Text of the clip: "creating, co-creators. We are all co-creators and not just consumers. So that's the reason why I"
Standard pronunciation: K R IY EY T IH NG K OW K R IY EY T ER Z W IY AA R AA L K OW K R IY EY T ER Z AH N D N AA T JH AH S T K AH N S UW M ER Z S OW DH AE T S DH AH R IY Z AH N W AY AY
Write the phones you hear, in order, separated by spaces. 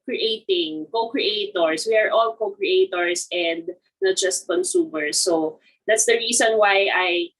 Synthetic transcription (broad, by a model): K R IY EY T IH NG K OW K R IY EY T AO S W IY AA R AA L K OW K R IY EY T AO S AH N D N AA T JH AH S T K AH N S UW M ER S OW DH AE T S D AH R IY S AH N W AY AY